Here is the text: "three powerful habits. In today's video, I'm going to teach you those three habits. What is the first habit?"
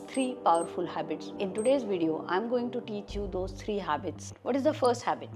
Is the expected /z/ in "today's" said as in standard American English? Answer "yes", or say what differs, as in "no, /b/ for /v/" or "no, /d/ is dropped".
yes